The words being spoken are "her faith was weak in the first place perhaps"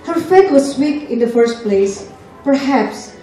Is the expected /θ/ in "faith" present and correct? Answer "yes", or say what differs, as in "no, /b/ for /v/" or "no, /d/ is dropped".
no, /t/ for /θ/